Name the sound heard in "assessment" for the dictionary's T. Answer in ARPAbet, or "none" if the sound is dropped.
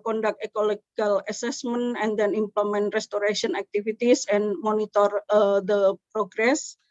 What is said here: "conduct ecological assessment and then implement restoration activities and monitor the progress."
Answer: none